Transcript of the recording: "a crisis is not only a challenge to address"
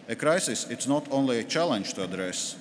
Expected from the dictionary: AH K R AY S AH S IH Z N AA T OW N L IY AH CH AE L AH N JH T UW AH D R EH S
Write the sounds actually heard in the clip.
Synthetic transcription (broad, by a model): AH K R AY S AH S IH S N AA T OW N L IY AH CH AE L AH N JH T UW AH D R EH S